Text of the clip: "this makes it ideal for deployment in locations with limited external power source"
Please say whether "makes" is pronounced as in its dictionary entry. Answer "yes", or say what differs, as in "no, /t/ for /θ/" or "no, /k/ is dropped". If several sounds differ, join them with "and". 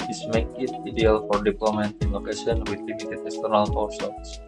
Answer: no, /s/ is dropped